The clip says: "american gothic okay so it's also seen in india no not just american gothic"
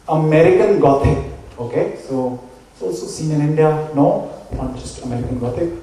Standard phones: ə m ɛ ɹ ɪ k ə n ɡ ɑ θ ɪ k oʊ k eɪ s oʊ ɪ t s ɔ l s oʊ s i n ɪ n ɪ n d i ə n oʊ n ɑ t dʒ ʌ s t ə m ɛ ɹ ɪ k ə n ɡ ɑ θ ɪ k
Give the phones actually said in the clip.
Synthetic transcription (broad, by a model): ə m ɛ ɹ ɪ k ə n ɡ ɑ t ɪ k oʊ k eɪ s oʊ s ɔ s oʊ s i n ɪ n ɪ n d i ə n oʊ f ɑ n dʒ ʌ s t ə m ɛ ɹ ɪ k ə n ɡ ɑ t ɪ k